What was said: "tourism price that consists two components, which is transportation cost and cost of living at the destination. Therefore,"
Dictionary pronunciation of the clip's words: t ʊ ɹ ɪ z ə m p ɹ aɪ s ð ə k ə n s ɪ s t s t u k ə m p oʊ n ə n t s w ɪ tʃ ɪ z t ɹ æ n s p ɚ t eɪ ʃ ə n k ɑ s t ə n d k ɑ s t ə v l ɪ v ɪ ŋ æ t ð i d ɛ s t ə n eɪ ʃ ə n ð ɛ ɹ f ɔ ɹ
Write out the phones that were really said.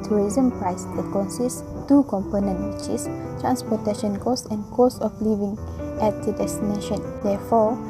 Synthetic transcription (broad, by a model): t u ɹ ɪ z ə m p ɹ aɪ s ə k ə n s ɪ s s t u k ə m p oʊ n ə n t w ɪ tʃ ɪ s t ɹ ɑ n s p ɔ t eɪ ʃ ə n k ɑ s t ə n k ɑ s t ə f l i v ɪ ŋ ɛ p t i d ɛ s t ə n eɪ ʃ ə n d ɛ f ɔ